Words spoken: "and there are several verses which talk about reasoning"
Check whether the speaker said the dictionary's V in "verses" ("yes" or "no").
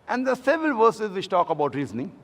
yes